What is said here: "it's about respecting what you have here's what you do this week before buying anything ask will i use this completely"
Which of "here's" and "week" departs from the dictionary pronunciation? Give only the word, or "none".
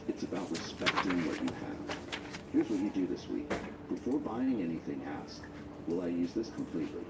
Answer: none